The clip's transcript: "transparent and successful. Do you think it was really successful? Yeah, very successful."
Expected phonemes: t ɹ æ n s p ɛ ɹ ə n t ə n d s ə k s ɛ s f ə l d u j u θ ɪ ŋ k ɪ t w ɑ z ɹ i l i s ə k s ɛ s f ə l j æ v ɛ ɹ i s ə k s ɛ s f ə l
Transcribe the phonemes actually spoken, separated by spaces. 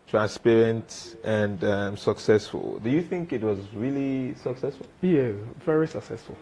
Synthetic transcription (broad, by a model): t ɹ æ n s p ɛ ɹ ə n t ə n d s ə k s ɛ s f ə l d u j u θ ɪ ŋ k ɪ t w ɑ z ɹ i l i s ə k s ɛ s f ə l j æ v ɛ ɹ i s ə k s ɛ s f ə l